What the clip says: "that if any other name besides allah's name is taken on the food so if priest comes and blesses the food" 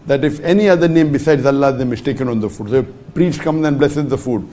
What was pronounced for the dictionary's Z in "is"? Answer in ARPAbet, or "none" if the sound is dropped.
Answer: S